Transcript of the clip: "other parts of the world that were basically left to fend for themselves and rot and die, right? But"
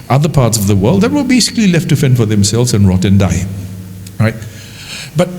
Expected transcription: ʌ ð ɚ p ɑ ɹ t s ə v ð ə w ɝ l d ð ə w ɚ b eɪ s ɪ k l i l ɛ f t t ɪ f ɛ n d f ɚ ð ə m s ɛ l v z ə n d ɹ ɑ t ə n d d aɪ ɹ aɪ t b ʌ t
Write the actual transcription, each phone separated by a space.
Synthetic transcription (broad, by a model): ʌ ð ɚ p ɑ ɹ t s ə v ð ə w ɝ l d ð ə w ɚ b eɪ s ɪ k l i l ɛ f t t ɪ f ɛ n f ɚ ð ə m s ɛ l v z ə n ɹ ɑ t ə n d d aɪ ɹ aɪ t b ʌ t